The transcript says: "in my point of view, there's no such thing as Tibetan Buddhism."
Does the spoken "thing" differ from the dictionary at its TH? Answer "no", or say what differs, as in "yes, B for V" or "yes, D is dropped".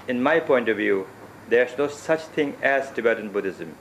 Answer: yes, T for TH